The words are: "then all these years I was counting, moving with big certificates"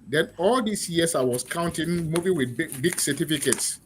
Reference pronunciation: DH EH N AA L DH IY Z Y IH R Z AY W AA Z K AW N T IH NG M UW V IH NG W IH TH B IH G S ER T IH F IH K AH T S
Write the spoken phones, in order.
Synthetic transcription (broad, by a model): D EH N AA L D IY S Y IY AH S AY W AA S K AW N T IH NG M UW V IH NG W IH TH B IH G S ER T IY F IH K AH T S